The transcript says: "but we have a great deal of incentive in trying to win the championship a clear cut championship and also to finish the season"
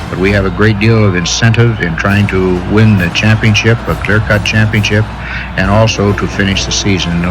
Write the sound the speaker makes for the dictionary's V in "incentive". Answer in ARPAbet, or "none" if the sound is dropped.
V